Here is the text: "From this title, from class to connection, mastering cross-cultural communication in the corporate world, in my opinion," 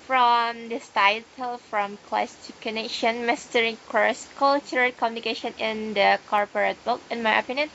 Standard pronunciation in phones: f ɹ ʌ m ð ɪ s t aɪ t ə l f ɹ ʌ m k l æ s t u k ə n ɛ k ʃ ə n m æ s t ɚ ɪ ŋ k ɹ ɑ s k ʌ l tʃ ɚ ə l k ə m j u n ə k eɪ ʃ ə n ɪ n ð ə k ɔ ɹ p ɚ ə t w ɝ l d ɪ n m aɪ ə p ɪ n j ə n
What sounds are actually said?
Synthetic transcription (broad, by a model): f ɹ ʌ m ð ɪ s t aɪ t ə l f ɹ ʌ m k l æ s t u k ə n ɛ k ʃ ə n m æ s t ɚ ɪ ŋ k ɑ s k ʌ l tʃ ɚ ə k ə m j u n ə k eɪ ʃ ə n ɪ n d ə k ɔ ɹ p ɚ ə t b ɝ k ɪ n m aɪ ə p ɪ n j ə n